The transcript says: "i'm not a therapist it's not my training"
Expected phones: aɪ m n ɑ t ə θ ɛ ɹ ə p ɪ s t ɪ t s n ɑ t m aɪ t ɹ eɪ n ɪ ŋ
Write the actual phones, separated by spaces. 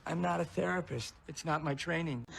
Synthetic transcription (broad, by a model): aɪ m n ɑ t ə θ ɛ ɹ ə p ɪ s t ɪ t s n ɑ t m aɪ t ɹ eɪ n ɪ ŋ